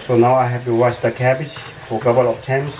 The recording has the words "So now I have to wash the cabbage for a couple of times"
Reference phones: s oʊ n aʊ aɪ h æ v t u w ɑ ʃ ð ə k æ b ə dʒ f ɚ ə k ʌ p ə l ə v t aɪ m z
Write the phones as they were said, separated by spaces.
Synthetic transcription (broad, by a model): s oʊ n aʊ aɪ h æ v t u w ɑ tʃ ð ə k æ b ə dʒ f ə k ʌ b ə l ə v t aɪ m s